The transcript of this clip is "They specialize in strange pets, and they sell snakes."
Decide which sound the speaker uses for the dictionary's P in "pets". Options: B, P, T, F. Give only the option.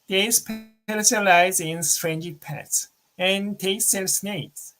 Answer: P